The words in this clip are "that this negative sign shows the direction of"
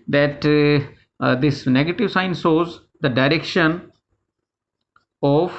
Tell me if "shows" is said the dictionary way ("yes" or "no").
no